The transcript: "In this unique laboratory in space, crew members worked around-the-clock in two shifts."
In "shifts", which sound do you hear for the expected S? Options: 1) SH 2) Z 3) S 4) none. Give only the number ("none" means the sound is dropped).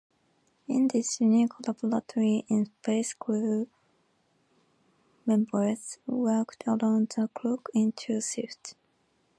4